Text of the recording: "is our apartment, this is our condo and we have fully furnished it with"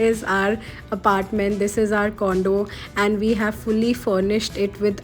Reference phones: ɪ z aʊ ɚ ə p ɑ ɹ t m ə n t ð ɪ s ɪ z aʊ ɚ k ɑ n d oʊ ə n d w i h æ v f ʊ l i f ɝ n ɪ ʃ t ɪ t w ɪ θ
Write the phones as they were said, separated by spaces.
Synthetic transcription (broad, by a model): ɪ z aʊ ɚ ə p ɑ ɹ t m ə n t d ɪ s ɪ z aʊ ɚ k ɑ n d oʊ ə n d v i h æ v f ʊ l i f ɝ n ɪ ʃ t ɪ t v ɪ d